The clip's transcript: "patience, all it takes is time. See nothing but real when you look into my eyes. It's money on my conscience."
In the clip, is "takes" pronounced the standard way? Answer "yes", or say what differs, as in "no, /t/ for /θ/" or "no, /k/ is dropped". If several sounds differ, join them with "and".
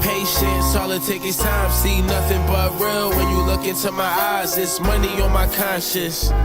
no, /s/ is dropped